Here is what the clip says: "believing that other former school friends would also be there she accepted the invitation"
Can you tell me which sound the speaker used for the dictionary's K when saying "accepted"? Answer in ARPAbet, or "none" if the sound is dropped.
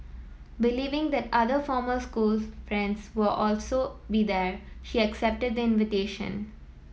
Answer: K